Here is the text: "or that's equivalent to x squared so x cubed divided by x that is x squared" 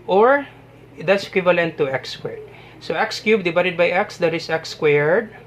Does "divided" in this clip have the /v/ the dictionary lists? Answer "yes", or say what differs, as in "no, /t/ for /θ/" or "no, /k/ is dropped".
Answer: no, /b/ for /v/